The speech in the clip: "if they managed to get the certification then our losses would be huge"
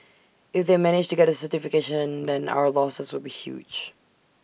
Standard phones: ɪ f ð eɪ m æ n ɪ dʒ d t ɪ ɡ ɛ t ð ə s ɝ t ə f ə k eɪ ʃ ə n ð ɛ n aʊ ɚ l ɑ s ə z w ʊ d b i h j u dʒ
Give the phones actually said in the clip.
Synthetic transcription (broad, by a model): ɪ f ð eɪ m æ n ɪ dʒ t ɪ ɡ ɛ t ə s ɝ t ə f ə k eɪ ʃ ə n ð ɛ n aʊ ɚ l ɑ s ə z w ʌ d b i h j u dʒ